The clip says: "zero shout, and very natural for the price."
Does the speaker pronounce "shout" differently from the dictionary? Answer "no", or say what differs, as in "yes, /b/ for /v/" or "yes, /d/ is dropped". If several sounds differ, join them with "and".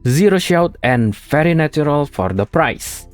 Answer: no